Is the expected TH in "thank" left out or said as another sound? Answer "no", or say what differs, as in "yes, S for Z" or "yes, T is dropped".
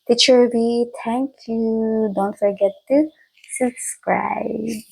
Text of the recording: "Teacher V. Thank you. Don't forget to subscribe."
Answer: yes, T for TH